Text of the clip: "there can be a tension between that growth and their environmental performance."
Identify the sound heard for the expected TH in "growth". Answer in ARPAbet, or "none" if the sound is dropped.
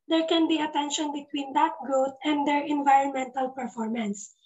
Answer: T